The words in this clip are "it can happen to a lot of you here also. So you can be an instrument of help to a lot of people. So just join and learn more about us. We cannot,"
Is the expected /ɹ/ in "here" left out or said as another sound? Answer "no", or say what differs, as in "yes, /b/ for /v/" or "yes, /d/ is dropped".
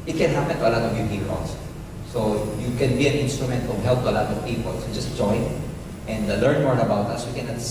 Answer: yes, /l/ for /ɹ/